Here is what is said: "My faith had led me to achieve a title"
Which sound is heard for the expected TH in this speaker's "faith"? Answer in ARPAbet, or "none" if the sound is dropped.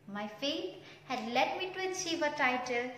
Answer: T